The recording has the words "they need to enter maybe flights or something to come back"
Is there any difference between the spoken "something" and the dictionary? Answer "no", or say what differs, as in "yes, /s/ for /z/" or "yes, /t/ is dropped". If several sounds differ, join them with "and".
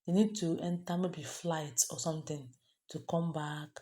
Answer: yes, /t/ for /θ/